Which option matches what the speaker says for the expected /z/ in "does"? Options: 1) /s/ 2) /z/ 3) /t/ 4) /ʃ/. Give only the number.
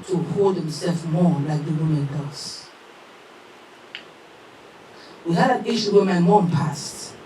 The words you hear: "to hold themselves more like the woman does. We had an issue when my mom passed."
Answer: 1